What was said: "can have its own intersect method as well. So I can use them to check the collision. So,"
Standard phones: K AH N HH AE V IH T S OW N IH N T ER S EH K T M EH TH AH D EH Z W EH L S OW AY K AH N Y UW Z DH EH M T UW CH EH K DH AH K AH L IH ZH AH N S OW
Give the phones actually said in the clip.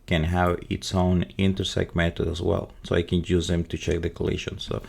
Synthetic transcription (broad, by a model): K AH N HH AE V IH T S OW N IH N T ER S EH K T M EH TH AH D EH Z W EH L S OW AY K AH N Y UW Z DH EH M T UW CH EH K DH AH K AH L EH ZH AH N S OW